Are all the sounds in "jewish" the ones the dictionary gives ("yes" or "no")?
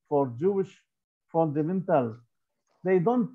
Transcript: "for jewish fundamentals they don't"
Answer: yes